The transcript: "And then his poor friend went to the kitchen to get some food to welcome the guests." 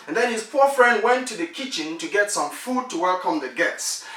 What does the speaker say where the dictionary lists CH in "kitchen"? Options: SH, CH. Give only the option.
CH